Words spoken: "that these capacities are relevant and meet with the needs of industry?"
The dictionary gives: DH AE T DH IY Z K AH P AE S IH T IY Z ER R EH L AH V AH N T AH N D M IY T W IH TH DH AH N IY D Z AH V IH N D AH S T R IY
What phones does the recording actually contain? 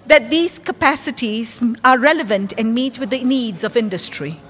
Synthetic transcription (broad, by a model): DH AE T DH IY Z K AH P AE S IH T IY Z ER R EH L AH V AH N T AH N D M IY T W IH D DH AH N IY D Z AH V IH N D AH S T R IY